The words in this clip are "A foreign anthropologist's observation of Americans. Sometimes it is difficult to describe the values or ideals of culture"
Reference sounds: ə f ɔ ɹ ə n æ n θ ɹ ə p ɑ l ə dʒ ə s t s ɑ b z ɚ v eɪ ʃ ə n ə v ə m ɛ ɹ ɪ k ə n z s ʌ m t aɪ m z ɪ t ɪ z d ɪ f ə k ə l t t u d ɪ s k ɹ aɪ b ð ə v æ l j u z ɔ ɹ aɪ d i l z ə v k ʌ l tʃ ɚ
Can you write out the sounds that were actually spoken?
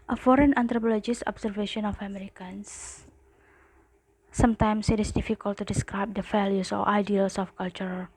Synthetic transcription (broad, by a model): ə f ɔ ɹ ə n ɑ n t ɹ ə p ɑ l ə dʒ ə s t ɑ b s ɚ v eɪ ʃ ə n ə f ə m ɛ ɹ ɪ k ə n s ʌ m t aɪ m s ɪ t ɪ s d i f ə k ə l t t u d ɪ s k ɹ aɪ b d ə f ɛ l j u s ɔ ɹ aɪ d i l s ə f k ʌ l tʃ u